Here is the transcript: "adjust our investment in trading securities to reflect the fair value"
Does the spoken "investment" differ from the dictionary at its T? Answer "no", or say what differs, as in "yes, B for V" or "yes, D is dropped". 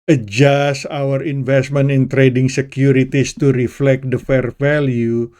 yes, T is dropped